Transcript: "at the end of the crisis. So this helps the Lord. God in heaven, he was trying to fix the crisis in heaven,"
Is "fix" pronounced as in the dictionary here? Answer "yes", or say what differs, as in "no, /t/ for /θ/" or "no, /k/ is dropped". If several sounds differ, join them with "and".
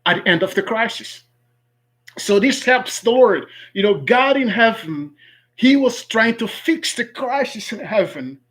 yes